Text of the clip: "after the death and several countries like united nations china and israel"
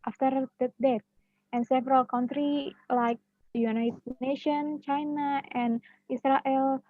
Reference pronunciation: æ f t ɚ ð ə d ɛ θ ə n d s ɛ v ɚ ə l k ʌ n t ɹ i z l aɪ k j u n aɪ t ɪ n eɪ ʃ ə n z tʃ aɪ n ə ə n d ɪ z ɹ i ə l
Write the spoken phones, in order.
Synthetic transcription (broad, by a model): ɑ f t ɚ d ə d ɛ t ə n s ɛ v ɚ ə l k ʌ n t ɹ i l aɪ k j u n aɪ t ɪ n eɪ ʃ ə n tʃ aɪ n ə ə n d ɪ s ɹ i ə l